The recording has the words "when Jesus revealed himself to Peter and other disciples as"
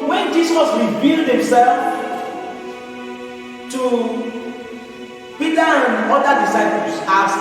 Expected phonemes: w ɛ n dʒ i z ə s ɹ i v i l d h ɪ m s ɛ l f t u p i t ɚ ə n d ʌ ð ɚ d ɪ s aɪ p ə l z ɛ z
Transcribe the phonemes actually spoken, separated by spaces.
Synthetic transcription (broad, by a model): w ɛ n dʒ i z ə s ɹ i b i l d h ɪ m s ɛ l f t u p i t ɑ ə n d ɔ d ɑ d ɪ s aɪ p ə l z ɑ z